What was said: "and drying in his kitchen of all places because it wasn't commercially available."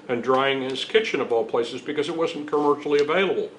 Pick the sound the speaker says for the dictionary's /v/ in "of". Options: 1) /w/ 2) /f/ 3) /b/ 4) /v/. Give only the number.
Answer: 3